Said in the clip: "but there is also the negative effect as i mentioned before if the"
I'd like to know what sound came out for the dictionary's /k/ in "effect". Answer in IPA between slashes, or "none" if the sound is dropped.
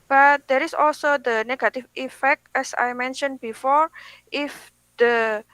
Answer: /k/